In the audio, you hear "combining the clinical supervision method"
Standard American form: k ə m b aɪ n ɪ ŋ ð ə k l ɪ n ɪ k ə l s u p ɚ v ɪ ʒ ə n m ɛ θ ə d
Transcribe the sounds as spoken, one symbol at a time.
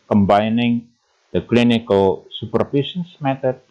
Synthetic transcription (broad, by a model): k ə m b aɪ n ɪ ŋ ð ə k l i n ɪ k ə l s u p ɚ f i s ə n m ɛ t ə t